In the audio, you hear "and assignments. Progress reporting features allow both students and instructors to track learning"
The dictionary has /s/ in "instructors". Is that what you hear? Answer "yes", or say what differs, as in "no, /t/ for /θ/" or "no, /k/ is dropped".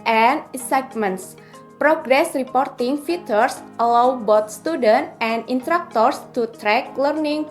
no, /s/ is dropped